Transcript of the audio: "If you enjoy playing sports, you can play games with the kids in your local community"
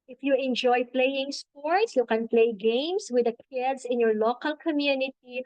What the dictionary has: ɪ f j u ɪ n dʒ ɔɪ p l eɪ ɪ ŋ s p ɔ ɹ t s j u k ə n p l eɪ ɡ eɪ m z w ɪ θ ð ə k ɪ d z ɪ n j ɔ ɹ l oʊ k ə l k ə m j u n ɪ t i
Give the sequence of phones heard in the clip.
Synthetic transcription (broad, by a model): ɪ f j u ɪ n dʒ ɔɪ p l eɪ ɪ ŋ s p ɔ ɹ t s j u k ə n p l eɪ ɡ eɪ m s w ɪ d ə k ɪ d s ɪ n j ɔ ɹ l oʊ k ə l k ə m j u n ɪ t i